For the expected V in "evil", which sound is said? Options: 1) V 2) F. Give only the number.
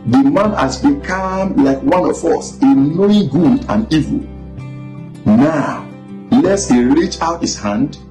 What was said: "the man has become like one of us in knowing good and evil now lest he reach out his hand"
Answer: 1